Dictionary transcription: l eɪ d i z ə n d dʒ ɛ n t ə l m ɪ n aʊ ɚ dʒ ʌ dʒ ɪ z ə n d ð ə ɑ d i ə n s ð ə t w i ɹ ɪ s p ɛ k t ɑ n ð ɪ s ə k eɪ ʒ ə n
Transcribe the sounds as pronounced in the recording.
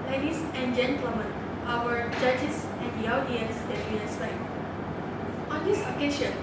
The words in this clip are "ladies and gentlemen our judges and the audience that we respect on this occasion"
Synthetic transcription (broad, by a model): l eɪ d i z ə n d dʒ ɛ n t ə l m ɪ n aʊ ɚ dʒ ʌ dʒ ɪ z ə n d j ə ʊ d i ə s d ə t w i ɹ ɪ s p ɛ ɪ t ɑ n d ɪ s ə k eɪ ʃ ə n